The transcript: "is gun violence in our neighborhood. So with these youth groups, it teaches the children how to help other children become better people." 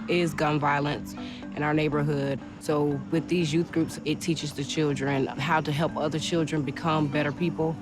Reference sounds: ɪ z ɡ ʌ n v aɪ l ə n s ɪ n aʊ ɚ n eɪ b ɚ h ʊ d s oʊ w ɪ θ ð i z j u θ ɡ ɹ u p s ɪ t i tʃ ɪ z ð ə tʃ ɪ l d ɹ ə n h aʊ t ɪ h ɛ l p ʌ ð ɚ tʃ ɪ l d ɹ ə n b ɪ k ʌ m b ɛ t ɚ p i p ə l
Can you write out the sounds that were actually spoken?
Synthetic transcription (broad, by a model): ɪ z ɡ ʌ n v aɪ l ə n s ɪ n aʊ ɚ n eɪ b ɚ h ʊ d s oʊ w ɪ ð i z j u θ ɡ ɹ u p s ɪ t i tʃ ɪ z ð ə tʃ ɪ l d ɹ ə n h aʊ t ɪ h ɛ l p ʌ ð ɚ tʃ ɪ l d ɹ ə n b ɪ k ʌ m b ɛ t ɚ p i p l